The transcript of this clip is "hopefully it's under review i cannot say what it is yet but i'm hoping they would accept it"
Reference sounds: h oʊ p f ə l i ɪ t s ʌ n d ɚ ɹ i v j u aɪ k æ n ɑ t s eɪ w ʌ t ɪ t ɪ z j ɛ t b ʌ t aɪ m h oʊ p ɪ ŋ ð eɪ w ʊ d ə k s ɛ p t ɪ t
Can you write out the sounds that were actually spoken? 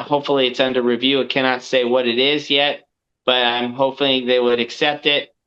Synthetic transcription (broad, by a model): h oʊ p f l i ɪ t s ʌ n d ɚ ɹ i v j u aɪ k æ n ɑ t s eɪ w ʌ t ɪ t ɪ z j ɛ t b ʌ t aɪ m h oʊ p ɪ ð eɪ w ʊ d ə k s ɛ p t ɪ t